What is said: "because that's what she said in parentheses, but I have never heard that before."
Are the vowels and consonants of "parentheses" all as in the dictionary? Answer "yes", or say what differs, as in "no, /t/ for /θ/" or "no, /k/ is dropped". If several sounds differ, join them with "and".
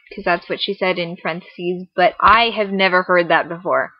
no, /f/ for /p/